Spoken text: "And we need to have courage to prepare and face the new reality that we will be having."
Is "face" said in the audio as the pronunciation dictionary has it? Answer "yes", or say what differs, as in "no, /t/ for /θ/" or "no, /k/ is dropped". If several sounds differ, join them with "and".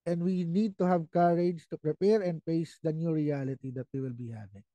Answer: no, /p/ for /f/